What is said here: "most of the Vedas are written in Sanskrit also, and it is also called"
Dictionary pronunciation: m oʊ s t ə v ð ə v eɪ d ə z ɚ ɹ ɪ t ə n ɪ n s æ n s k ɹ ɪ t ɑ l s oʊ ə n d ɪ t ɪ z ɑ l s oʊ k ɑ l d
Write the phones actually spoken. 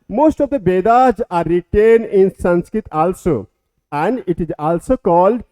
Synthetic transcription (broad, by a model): m oʊ s t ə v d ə b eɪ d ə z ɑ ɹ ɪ t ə n ɪ n s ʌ n s k ɹ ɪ t ɑ l s oʊ ə n d ɪ t ɪ z ɑ l s oʊ k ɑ l d